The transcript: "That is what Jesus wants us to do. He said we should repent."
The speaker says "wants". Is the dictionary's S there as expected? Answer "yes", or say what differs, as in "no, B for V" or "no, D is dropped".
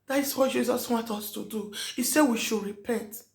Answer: no, S is dropped